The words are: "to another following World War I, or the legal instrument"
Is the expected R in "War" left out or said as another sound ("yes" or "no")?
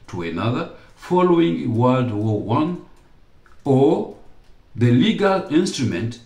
yes